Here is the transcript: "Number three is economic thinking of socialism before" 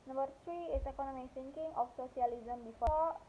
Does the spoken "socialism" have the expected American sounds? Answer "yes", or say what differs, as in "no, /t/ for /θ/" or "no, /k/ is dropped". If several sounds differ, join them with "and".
no, /s/ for /ʃ/